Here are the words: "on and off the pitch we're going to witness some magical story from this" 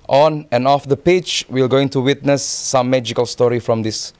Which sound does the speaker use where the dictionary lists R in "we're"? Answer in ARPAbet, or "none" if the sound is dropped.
L